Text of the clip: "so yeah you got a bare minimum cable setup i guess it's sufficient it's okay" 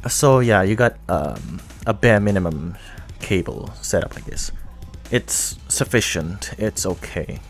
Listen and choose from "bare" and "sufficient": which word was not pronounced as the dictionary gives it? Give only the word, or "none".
none